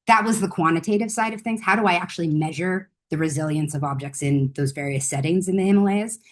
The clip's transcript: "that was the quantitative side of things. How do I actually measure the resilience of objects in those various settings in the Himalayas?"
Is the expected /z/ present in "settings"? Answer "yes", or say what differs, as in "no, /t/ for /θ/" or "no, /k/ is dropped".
yes